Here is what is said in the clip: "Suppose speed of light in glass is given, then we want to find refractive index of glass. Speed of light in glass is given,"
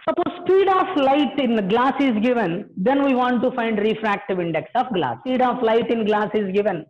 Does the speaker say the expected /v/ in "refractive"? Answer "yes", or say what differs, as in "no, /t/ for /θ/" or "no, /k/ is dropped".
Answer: yes